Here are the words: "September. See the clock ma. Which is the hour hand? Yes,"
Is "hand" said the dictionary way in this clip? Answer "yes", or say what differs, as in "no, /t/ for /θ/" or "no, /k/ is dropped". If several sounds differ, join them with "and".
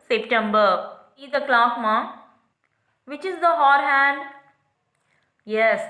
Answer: yes